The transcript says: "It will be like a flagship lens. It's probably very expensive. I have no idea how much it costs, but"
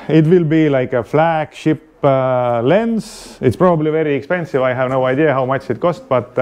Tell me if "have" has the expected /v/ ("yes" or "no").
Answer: yes